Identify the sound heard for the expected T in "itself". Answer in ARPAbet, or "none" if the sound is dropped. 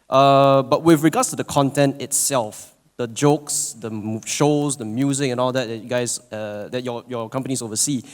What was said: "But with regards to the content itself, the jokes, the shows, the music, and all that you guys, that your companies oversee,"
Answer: T